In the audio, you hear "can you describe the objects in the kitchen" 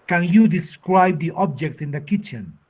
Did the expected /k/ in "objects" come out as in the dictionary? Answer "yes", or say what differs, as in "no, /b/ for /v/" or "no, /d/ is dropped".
yes